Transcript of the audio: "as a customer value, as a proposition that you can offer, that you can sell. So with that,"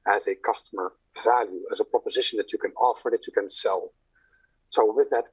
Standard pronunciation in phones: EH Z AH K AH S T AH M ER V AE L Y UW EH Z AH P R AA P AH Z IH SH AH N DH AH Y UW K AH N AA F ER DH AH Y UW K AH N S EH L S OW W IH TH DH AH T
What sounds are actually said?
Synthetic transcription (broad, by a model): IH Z AH K AH S T AH M ER V AE L Y UW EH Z AH P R AA P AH Z IH SH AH N DH AH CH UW K AH N AA F ER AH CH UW K AH N S EH L S OW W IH DH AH T